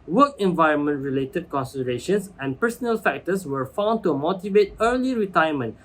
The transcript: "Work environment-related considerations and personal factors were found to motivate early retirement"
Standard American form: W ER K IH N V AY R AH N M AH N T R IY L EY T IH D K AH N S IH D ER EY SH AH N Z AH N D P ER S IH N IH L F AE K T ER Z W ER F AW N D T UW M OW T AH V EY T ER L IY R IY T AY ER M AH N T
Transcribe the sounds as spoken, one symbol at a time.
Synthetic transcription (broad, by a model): W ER K IH N V AY R AH N M AH N T R IY L EY T IH D K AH N S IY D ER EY SH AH N S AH N P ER S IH N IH L F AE K T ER S W ER F AW N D T UW M OW T AH V EY T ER L IY R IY T AY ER M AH N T